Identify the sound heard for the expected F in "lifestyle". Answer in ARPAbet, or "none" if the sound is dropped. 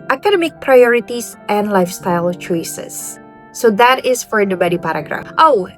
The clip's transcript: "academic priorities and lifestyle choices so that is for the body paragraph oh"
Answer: F